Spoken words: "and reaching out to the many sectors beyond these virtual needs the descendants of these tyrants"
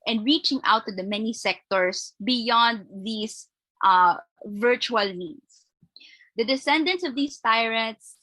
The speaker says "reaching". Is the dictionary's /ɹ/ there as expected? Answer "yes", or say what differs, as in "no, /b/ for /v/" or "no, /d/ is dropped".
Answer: yes